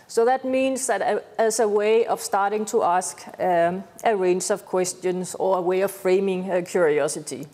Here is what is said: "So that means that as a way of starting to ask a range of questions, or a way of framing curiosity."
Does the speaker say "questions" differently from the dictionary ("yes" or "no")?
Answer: yes